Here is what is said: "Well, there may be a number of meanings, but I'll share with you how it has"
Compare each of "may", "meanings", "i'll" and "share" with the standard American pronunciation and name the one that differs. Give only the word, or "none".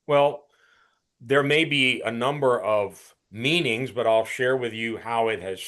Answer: none